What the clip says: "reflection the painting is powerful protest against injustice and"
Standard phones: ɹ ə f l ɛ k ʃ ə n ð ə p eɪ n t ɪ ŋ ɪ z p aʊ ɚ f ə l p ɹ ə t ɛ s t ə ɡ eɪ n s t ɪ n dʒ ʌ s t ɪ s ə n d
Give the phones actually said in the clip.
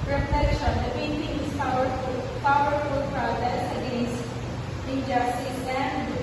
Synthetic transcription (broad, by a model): ɹ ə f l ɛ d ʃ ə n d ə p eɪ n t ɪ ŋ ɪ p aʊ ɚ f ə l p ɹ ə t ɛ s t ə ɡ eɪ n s ɪ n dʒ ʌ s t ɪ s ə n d